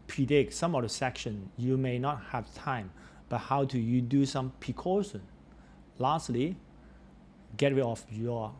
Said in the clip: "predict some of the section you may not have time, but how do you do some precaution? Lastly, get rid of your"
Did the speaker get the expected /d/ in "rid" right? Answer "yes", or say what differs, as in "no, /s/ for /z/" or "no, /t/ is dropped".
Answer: no, /d/ is dropped